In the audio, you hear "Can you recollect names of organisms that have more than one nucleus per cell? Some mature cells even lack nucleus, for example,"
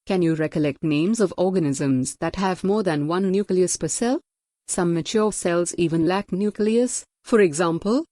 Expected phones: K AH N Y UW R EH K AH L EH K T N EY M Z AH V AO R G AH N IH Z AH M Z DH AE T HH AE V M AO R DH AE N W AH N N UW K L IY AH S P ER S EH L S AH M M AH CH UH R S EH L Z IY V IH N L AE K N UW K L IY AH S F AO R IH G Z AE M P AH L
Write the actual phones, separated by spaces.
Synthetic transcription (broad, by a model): K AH N Y UW R EH K AH L EH K T N EY M Z AH V AO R G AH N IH Z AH M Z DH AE T HH AE V M AO R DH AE N W AH N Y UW K L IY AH S P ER S EH L S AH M M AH CH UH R S EH L Z IY V IH N L AE K N UW K L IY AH S F AO R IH G Z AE M P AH L